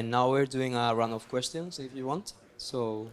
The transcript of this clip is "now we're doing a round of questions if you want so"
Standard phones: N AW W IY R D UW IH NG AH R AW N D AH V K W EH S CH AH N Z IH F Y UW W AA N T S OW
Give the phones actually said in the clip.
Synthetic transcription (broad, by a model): N AW W IY R D UW IH NG AH R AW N AH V K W EH S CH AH N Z IH F Y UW W AA N T S OW